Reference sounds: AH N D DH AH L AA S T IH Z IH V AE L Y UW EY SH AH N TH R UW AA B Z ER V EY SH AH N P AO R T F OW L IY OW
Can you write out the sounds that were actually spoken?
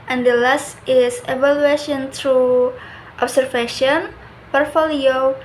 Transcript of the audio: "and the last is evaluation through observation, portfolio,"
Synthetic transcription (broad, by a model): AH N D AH L AA S T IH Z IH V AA L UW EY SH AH N T R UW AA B S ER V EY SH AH N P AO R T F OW L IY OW